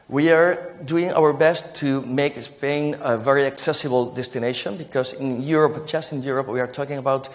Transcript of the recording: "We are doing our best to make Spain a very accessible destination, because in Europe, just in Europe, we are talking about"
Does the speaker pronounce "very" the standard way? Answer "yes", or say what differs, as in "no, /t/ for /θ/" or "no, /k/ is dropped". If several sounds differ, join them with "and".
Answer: yes